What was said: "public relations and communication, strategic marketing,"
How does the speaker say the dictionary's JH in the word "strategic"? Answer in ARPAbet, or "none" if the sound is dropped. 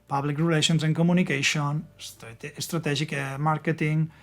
ZH